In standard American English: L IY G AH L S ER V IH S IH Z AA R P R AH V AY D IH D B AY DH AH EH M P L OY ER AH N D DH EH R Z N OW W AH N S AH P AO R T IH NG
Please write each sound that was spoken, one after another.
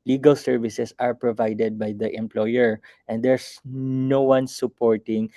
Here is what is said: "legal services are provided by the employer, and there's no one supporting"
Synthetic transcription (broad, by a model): L IY G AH L S ER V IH S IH S AA R P R AH V AY D IH D B AY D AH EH M P L OY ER AH N D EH R S N OW W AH N S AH P AO R T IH NG